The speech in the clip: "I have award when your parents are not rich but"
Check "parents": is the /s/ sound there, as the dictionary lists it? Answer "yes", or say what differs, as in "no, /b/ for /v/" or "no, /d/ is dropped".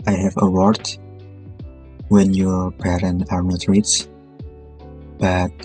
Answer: no, /s/ is dropped